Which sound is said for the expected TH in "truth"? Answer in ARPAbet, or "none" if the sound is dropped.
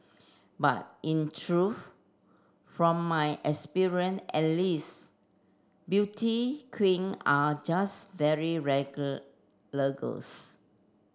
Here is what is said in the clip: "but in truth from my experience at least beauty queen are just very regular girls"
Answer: F